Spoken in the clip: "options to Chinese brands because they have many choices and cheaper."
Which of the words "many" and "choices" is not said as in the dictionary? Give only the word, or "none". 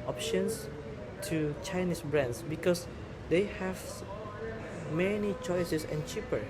choices